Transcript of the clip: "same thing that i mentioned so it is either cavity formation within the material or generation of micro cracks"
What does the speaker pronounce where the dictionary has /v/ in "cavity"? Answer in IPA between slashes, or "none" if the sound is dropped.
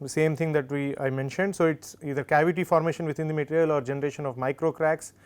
/v/